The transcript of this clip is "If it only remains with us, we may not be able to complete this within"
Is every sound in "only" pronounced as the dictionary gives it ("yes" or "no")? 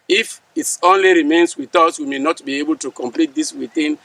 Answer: yes